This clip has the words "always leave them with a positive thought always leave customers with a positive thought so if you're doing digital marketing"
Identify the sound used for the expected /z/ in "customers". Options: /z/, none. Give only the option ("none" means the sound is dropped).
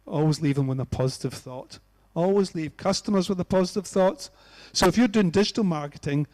/z/